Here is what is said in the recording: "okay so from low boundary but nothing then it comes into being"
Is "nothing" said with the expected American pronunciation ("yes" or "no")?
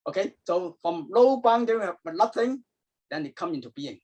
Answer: no